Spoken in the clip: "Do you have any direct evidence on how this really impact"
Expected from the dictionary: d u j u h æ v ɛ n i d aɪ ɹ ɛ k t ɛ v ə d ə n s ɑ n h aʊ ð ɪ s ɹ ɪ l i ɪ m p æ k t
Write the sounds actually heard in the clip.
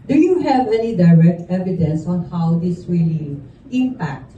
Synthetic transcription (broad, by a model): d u j u h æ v ɛ n i d aɪ ɹ ɛ k t ɛ v ə d ə n s ɑ n h aʊ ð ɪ s w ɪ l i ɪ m p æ k t